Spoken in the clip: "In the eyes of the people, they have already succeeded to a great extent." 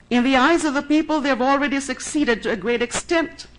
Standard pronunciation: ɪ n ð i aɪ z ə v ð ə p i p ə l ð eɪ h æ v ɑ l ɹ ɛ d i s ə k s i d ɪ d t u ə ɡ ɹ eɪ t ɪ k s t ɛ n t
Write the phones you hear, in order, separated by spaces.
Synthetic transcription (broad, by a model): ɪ n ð i aɪ z ə v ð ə p i p ə l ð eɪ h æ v ɑ l ɹ ɛ d i s ə k s i d ɪ d t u ə ɡ ɹ eɪ t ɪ k s t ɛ n t